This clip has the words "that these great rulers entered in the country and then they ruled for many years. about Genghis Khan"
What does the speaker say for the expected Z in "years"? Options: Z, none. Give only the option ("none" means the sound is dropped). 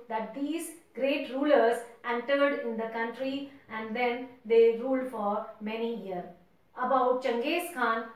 none